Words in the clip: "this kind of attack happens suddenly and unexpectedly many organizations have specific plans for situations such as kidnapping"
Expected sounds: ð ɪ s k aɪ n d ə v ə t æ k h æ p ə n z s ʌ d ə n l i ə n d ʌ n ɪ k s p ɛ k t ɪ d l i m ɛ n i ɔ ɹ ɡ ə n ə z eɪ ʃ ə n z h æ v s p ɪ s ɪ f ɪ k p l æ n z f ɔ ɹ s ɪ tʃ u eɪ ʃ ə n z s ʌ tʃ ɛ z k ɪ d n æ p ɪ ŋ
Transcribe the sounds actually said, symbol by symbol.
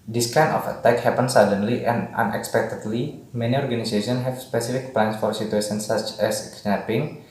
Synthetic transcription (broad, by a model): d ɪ s k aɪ n ə f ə t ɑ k h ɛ p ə n s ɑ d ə n l i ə n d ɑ n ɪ k s p ɛ k t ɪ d l i m ɛ n i ɔ ɹ ɡ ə n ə s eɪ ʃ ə n h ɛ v s p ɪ s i f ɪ k p l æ n s f ɔ ɹ s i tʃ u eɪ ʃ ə n s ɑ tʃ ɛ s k n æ p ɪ ŋ